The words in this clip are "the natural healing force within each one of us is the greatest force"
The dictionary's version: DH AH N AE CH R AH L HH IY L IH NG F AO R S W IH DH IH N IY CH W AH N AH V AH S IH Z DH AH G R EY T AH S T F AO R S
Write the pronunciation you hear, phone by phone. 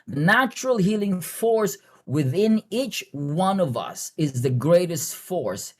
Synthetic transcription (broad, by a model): DH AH N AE CH R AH L HH IY L IH NG F AO R S W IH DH IH N IY CH W AH N AH V AH S IH Z DH AH G R EY T AH S T F AO R S